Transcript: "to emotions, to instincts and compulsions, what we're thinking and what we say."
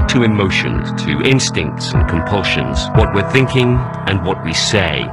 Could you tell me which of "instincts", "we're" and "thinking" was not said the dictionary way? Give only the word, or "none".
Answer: none